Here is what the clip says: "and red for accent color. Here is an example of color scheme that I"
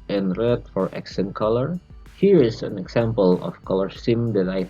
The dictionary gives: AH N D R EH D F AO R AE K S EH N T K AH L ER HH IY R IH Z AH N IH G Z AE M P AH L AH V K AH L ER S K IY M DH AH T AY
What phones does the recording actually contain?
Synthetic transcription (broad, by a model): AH N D R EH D F AO R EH K S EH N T K AH L ER HH IY R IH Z AH N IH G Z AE M P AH L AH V K AH L ER S IY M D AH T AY